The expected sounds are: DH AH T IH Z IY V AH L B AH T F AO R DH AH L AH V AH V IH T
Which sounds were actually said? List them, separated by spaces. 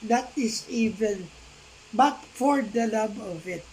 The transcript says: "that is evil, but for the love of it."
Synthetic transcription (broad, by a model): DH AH T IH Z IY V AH N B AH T F AO R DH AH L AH B AH V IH T